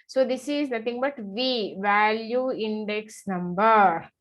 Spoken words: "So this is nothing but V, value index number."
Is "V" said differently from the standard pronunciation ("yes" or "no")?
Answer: no